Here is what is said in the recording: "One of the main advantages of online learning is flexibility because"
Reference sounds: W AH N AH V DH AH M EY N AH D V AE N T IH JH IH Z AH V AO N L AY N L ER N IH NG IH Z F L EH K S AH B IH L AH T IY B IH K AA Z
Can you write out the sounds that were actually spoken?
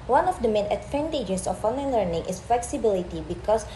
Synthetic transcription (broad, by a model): W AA N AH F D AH M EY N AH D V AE N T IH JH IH S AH F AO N EH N L ER N IH NG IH S F L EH K S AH B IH L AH T IY B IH K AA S